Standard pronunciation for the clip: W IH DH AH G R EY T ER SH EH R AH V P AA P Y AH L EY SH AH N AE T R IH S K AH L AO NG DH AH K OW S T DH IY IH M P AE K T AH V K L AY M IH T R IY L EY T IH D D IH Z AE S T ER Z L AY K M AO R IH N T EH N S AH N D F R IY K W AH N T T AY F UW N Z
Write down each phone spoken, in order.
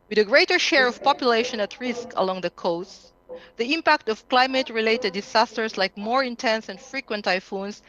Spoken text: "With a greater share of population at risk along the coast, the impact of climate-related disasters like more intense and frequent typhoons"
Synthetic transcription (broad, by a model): W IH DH AH G R EY T ER SH EH R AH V P AA P Y AH L EY SH AH N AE T R IH S K AH L AO NG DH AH K OW S T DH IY IH M P AE K T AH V K L AY M IH T R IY L EY T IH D D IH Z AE S T ER S L AY K M AO R IH N T EH N S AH N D F R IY K W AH N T T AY F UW N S